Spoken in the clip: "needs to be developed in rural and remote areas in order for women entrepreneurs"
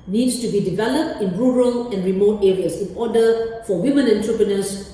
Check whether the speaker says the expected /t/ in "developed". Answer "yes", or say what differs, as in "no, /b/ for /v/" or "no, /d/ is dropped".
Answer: yes